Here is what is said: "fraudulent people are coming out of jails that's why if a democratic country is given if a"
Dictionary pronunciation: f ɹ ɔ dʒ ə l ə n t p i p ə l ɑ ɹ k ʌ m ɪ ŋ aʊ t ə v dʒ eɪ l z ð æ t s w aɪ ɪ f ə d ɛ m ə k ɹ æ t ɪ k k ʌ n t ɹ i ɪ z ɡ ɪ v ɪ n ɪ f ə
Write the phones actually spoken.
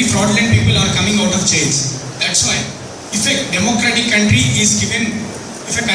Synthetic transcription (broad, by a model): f ɹ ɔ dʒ l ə n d p i p ə l ɑ ɹ k ʌ m ɪ ŋ aʊ t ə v tʃ eɪ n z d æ t s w aɪ ɪ f ə d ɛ m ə k ɹ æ t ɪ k k ʌ n t ɹ i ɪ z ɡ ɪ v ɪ n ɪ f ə